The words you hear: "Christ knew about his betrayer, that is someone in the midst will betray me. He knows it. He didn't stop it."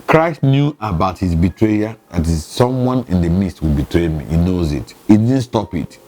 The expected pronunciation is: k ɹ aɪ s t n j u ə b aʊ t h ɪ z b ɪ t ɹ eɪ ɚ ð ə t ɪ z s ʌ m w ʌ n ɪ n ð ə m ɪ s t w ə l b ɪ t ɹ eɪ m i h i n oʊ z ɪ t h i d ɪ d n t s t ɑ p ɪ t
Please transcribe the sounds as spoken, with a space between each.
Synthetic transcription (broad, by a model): k ɹ aɪ s t n j u ə b aʊ t h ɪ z b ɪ t ɹ eɪ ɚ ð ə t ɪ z s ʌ m w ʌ n ɪ n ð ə m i s t w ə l b ɪ t ɹ eɪ m i h i n oʊ z ɪ t h i d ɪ d n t s t ɑ p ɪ t